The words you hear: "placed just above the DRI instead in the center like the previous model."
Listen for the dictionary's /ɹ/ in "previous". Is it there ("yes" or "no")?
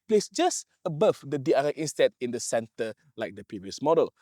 yes